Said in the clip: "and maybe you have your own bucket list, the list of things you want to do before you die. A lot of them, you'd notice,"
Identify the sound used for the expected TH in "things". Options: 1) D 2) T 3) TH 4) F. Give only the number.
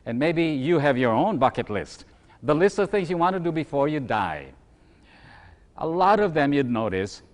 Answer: 3